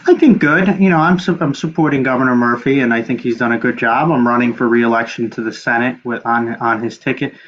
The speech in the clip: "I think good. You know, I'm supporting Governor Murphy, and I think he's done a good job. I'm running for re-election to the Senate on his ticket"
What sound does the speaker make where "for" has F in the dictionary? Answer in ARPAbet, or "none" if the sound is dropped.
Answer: F